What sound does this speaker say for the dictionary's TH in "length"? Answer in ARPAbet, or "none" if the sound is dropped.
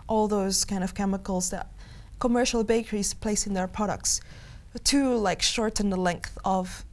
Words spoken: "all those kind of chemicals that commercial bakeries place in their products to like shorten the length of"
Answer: TH